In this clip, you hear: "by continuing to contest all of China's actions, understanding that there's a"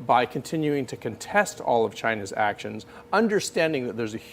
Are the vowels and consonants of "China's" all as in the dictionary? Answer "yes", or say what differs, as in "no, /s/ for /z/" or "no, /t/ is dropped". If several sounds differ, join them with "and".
yes